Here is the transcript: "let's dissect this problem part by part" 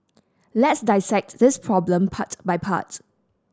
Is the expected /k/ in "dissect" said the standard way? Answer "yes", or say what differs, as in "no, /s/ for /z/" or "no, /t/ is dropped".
yes